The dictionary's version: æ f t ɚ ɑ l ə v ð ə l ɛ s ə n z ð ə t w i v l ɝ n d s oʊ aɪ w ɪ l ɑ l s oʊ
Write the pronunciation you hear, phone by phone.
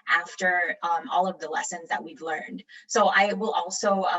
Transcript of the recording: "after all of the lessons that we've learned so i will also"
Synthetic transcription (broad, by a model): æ f t ɚ ɑ l ə v ð ə l ɛ s ə n z ð ə t w i v l ɝ n d s oʊ aɪ w ɪ l ɑ l s oʊ